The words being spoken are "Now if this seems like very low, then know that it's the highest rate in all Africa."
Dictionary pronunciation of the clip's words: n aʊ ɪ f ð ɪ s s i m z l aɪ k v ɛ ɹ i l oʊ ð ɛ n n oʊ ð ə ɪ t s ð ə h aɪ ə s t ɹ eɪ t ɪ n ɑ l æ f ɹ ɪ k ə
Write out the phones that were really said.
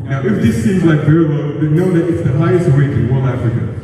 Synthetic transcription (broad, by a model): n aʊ ɪ f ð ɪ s s i m z l aɪ k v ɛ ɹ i w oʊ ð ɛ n n oʊ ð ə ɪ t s ð ə h aɪ ə s t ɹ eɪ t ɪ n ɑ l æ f ɹ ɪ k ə